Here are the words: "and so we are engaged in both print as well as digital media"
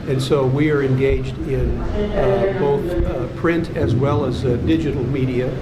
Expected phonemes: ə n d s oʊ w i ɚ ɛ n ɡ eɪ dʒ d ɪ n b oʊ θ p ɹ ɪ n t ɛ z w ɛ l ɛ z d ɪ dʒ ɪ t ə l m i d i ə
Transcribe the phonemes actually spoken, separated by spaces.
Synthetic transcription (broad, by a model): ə n s oʊ w i ɚ ɛ n ɡ eɪ dʒ d ɪ n b oʊ θ p ɹ ɪ n t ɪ z w ɛ l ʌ z d ɪ dʒ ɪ t l m i d i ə